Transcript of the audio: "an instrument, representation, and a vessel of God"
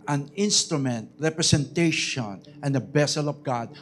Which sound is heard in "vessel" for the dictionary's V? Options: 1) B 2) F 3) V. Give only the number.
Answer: 1